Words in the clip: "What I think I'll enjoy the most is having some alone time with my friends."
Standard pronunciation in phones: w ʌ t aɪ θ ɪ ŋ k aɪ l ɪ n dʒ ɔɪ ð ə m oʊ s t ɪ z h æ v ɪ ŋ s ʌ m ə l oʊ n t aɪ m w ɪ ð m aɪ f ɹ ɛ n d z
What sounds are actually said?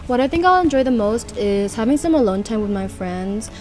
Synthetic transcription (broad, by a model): w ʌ t aɪ θ ɪ ŋ k aɪ l ɪ n dʒ ɔɪ ð ə m oʊ s t ɪ z h æ v ɪ ŋ s ʌ m ə l oʊ n t aɪ m w ɪ ð m aɪ f ɹ ɛ n d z